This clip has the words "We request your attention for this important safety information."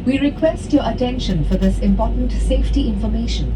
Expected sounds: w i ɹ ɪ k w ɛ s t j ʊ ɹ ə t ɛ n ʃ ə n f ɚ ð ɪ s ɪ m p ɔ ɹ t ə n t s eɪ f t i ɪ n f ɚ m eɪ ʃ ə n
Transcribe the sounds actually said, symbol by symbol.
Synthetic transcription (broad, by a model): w i ɹ ɪ k w ɛ s t j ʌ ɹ ə t ɛ n ʃ ə n f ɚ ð ɪ s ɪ m p ɔ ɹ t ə n t s eɪ f t i ɪ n f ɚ m eɪ ʃ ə n